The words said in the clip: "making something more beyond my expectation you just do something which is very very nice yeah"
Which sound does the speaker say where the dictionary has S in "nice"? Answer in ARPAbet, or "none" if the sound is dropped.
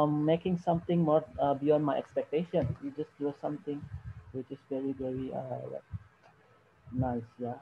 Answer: S